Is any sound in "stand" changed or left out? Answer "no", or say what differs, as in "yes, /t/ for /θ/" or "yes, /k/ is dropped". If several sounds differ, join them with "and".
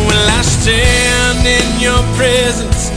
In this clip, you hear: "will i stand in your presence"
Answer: yes, /d/ is dropped